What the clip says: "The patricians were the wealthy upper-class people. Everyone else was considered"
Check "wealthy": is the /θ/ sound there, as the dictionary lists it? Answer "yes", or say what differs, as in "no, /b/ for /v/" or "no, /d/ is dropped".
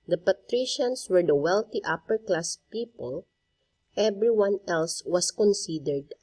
no, /t/ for /θ/